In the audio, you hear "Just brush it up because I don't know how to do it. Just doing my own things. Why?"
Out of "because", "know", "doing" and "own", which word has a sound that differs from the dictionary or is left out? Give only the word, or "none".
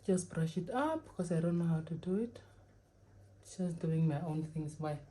because